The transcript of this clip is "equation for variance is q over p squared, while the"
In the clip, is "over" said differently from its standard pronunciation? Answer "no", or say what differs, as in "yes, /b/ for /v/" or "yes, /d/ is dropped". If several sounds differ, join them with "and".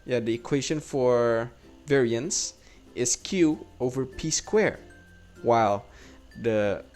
no